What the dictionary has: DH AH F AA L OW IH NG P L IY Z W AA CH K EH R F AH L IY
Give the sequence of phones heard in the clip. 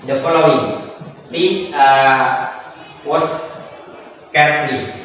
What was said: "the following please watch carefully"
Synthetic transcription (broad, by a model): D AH F AA L OW IH NG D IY S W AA S K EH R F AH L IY